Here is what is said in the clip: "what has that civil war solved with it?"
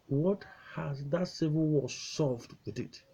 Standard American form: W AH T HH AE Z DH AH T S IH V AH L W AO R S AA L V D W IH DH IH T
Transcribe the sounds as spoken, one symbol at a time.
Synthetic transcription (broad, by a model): W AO T HH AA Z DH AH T S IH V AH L W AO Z S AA V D W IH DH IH T